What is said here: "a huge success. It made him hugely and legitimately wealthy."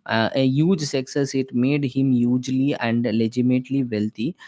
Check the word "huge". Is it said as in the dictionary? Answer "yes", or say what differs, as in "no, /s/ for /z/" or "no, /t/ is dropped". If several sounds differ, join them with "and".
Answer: yes